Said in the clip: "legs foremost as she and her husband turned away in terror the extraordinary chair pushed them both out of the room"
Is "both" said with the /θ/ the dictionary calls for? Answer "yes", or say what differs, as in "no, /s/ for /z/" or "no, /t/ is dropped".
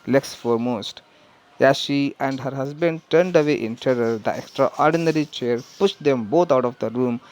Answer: no, /t/ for /θ/